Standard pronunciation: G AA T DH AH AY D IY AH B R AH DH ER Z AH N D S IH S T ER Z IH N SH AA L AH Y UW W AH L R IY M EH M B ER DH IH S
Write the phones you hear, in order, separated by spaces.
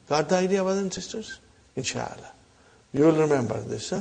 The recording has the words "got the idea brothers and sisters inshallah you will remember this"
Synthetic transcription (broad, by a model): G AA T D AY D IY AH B AH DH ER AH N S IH S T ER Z IH N SH AA L AH Y UW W L R IY M EH M B ER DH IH S